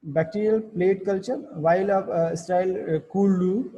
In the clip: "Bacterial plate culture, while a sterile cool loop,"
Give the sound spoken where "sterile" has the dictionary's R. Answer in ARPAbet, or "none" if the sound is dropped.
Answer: none